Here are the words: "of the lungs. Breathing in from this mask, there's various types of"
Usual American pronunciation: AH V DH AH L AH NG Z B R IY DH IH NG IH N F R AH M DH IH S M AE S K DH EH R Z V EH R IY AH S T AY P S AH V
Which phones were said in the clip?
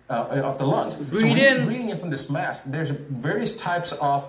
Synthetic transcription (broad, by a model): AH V DH AH L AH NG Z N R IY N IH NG IH N F R AH M DH IH S M AE S K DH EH R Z V EH R IY AH S T AY P S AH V